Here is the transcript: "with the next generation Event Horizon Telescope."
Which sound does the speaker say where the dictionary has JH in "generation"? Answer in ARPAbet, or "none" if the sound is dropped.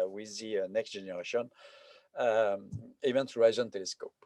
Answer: ZH